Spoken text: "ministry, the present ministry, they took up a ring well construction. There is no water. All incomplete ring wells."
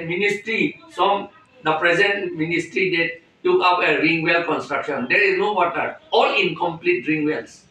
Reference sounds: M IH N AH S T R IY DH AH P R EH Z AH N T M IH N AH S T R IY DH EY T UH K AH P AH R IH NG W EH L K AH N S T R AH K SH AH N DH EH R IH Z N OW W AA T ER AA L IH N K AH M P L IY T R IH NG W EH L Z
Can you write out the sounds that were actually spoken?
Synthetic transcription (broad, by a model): M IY N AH S T R IY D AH P R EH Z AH N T M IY N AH S T R IY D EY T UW K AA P AH R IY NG W EH L K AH N S T R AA K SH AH N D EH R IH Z N OW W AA T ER AA L IH N K AH M P L IY T R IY NG W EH L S